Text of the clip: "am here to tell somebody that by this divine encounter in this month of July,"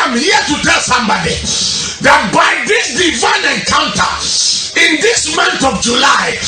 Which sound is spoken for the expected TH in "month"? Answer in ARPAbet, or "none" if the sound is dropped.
T